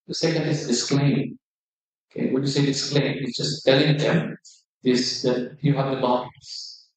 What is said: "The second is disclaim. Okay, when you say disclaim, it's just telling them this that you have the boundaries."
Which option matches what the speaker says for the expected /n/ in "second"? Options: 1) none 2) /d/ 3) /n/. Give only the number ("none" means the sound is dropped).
1